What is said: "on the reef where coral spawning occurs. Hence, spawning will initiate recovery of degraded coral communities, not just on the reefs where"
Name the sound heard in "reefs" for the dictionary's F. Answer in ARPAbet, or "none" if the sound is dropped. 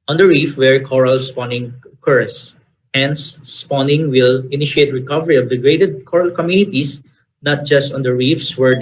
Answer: F